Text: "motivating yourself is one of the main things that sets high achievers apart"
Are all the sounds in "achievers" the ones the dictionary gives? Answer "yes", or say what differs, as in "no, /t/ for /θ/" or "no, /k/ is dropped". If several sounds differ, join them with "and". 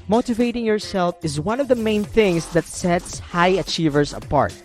no, /s/ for /z/